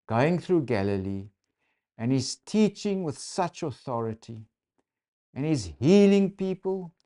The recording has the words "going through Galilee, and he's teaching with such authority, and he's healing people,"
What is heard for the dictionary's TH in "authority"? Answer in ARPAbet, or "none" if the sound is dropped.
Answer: TH